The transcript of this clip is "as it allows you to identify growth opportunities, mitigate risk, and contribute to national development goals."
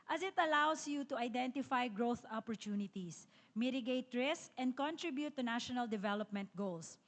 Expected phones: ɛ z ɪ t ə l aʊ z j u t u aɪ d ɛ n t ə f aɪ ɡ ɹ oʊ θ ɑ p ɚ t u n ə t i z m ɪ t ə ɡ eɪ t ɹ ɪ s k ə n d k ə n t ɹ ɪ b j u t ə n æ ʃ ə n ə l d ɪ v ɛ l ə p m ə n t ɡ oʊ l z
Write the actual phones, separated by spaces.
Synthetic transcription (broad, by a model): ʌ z ɪ t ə l aʊ s j u t u aɪ d ɛ n t ə f aɪ ɡ ɹ oʊ θ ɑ p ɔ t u n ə t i s m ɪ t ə ɡ eɪ t ɹ ɪ s k ə n d k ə n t ɹ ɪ b j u t ə n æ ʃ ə n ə l d ɪ v ɛ l ə p m ə n t ɡ oʊ l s